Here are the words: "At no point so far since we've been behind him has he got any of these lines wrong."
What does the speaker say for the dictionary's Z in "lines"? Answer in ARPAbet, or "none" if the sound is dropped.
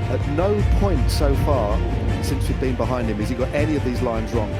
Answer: Z